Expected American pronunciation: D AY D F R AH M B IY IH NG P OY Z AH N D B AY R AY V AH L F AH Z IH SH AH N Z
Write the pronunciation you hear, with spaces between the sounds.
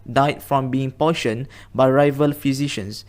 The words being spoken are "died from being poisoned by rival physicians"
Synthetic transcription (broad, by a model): D AY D F R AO M B IY IH NG P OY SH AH N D B AY R AY V AH L F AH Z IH SH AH N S